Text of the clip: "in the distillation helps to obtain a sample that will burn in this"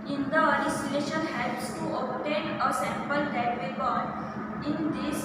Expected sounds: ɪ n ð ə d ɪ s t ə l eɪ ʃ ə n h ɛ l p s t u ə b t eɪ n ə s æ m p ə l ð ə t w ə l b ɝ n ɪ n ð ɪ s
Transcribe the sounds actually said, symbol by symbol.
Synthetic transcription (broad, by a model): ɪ n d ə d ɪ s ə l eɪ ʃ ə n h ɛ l s t u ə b t eɪ n ə s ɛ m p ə l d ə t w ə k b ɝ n ɪ n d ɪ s